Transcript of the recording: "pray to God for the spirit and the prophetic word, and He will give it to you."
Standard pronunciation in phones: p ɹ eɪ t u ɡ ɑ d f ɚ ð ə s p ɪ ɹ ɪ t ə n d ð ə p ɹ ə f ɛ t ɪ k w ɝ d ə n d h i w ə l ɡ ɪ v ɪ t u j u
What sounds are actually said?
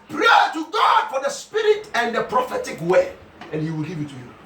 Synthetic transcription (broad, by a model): p ɹ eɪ t u ɡ ɑ d f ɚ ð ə s p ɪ ɹ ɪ t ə n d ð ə p ɹ ə f ɛ t ɪ k w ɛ ə n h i w ə l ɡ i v ɪ t u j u